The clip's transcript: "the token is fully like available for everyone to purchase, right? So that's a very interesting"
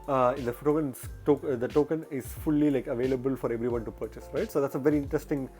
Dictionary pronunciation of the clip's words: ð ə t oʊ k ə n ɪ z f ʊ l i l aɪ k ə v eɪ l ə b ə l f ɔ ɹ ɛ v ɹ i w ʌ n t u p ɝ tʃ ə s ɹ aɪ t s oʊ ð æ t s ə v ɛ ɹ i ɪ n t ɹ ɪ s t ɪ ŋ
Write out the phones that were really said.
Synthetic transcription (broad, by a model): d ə t oʊ k ə n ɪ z f ʊ l i l aɪ k ə v eɪ l ə b ə l f ɔ ɹ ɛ v ɹ i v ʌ n t u p ɝ tʃ ə s ɹ aɪ t s oʊ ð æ t s ə v ɛ ɹ i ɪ n t ɹ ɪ s t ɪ ŋ